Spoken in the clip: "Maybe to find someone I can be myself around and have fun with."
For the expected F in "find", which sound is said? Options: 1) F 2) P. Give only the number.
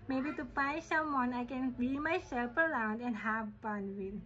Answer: 2